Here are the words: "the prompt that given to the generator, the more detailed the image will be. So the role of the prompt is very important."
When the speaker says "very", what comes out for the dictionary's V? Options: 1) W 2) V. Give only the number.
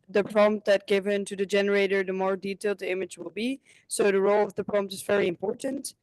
2